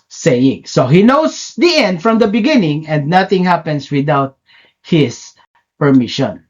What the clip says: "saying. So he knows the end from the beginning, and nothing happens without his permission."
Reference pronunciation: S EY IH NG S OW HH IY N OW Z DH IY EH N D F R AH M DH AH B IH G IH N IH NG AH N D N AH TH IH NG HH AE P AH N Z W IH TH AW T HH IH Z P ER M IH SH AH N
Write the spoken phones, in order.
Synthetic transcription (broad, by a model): S EY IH NG S OW HH IY N OW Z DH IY EH N D F R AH M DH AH B IH G IH N IH NG AH N D N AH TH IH NG HH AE P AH N S W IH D AW T HH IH S P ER M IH SH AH N